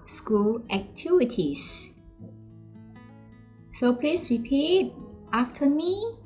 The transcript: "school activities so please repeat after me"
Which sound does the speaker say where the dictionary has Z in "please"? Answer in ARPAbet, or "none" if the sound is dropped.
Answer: S